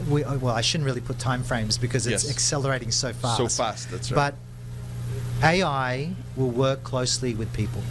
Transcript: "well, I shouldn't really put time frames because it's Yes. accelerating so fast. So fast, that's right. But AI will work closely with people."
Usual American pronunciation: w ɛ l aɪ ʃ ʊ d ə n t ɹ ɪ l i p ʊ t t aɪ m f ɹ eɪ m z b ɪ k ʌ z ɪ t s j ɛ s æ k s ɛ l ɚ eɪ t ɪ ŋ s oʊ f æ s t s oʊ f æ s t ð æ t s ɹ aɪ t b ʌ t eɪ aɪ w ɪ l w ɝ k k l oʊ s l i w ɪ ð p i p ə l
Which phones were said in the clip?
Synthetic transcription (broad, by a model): w ɛ l aɪ ʃ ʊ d n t ɹ ɪ l i p ʊ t t aɪ m f ɹ eɪ m z b ɪ k ʌ z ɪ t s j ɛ s æ k s ɛ l ɚ eɪ t ɪ ŋ s oʊ f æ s s oʊ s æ s t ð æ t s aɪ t b ʌ t eɪ aɪ w ɪ l w ɝ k k l oʊ s l i w ɪ ð p i p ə l